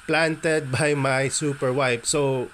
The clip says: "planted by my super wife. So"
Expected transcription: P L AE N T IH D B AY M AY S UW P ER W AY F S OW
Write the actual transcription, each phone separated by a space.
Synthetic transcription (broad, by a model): P L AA N T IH D B AY M AY S UW P ER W AY P S OW